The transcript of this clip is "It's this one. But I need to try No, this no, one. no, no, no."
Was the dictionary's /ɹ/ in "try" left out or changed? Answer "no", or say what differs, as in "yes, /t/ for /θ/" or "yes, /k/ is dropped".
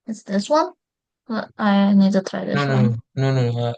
yes, /ɹ/ is dropped